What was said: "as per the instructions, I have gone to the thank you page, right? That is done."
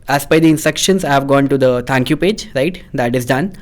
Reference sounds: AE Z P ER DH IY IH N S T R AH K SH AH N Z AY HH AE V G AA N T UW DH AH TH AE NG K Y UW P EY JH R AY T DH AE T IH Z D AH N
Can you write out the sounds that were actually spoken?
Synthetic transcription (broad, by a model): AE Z B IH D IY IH N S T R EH K SH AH N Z AY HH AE V G AA N T UW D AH T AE NG K Y UW P EY JH R AY T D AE T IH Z D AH N